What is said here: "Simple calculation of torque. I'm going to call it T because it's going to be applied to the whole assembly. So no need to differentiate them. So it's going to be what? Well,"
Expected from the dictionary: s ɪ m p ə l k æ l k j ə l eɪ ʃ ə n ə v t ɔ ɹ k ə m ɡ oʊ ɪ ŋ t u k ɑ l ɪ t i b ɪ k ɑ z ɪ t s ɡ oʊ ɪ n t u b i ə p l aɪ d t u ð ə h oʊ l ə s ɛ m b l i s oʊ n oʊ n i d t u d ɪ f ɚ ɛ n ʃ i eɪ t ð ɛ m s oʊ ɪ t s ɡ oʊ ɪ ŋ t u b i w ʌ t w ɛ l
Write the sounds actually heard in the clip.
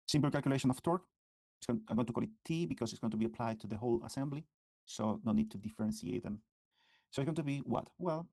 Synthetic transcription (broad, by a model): s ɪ m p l k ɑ l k j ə l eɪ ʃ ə n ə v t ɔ ɹ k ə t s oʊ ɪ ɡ t u k ɑ l ɪ t i b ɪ k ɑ s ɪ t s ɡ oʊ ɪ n t u b i ə p l aɪ d t u ð ə h oʊ l ə s ɛ m b l i s oʊ n oʊ n i d t u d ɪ f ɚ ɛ n s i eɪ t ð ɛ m s oʊ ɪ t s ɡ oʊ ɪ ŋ t u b i w ʌ t w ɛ l